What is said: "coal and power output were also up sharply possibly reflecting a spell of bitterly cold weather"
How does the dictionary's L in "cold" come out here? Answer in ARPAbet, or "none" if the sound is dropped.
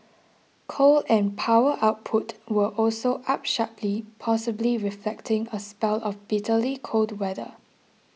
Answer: L